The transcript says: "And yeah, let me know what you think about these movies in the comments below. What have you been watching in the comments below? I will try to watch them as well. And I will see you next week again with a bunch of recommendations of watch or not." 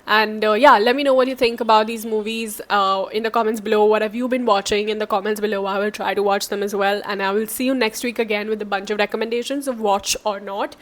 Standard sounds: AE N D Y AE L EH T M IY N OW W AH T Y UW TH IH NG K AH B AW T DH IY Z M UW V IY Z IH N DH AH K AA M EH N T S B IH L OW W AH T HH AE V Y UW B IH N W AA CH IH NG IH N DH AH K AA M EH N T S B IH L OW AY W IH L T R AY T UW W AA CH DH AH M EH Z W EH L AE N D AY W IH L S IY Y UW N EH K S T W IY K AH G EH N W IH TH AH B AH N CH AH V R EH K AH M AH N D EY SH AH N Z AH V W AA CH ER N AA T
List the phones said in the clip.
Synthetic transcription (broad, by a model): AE N D Y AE L EH T M IY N OW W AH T Y UW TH IH NG K AH B AW T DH IY Z M UW V IY Z IH N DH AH K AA M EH N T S B IH L OW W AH T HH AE V Y UW B IH N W AA CH IH NG IH N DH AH K AA M EH N T S B IH L OW AY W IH L T R AY T UW W AA CH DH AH M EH Z W EH L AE N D AY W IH L S IY Y UW N EH K S T W IY K AH G EH N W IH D AH B AH N CH AH V R EH K AH M AH N D EY SH AH N Z AH V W AA CH ER N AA T